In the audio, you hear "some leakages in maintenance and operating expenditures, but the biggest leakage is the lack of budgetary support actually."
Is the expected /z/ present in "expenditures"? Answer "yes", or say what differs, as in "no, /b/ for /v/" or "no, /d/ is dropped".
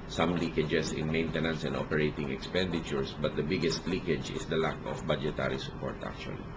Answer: no, /s/ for /z/